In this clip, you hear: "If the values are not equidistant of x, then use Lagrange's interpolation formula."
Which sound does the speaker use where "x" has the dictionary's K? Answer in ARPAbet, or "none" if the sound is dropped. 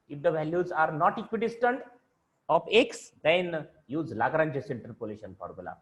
K